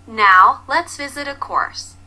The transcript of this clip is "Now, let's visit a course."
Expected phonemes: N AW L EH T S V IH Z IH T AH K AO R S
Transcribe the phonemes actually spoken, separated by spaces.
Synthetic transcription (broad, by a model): N AW L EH T S V IH Z IH T AH K AO R S